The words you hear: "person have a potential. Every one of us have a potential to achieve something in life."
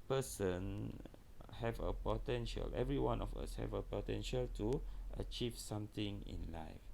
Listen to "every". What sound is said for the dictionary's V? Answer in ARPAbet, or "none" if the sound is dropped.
V